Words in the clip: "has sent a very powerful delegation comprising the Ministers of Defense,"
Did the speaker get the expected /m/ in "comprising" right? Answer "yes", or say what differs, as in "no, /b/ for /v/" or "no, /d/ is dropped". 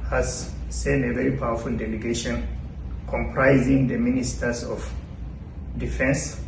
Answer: yes